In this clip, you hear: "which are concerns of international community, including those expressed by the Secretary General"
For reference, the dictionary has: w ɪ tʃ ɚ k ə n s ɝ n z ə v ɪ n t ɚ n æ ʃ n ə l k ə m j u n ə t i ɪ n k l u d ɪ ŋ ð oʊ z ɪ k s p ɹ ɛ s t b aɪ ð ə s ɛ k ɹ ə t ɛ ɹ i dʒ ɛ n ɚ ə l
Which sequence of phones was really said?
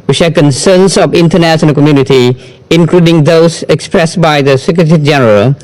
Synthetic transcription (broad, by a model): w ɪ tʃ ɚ k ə n s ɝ n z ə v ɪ n t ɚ n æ s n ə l k ə m j u n ə t i ɪ n k l u d ɪ ŋ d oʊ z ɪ k s p ɹ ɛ s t b aɪ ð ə s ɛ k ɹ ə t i dʒ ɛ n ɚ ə l